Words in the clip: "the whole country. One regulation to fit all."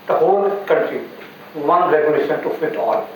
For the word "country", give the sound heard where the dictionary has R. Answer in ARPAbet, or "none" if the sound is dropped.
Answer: none